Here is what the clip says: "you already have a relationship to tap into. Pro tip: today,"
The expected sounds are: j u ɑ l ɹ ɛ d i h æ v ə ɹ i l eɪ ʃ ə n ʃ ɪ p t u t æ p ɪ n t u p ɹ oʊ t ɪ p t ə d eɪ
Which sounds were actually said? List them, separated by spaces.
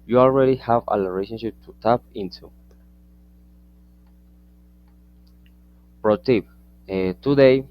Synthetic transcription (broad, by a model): j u ɑ l ɹ ɛ d i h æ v ə l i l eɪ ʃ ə n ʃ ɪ p t u t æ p ɪ n t u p ɹ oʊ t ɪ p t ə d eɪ